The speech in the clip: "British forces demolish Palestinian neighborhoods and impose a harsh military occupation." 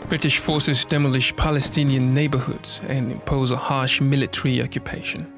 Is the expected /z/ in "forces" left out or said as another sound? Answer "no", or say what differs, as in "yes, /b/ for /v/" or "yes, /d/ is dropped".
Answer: no